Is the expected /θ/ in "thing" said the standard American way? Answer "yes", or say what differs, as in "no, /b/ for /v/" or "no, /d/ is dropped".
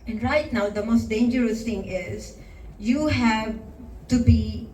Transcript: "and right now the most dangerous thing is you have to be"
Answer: no, /t/ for /θ/